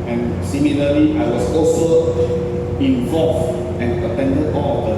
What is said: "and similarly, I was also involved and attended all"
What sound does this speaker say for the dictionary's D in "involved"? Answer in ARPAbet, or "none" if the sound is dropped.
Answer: none